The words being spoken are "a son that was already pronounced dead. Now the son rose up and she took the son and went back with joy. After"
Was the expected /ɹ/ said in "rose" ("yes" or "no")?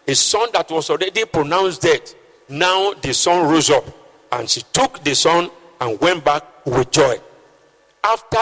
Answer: yes